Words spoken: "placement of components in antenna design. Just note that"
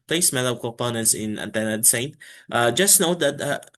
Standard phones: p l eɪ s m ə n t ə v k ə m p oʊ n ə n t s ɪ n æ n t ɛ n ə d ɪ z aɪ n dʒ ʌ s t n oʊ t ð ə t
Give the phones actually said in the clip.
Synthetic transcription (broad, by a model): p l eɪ s m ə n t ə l k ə p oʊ n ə n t s ɪ n æ n t ɛ n ə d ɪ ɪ n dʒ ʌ s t n oʊ t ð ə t